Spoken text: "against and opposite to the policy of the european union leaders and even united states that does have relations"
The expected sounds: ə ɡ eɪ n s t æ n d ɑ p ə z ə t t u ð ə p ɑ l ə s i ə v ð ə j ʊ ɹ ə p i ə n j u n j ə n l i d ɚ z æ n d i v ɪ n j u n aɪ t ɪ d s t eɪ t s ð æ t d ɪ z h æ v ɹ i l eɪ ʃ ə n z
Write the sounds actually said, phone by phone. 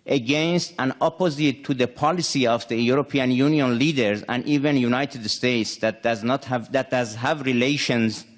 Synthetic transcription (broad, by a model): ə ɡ eɪ n s t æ n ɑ p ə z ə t t u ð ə p ɑ l ə s i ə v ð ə j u ɹ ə p i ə n j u n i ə n l i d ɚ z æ n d i v ɪ n j u n aɪ t ɪ d s t eɪ t s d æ t d ɪ z h æ v ɹ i l eɪ ʃ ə n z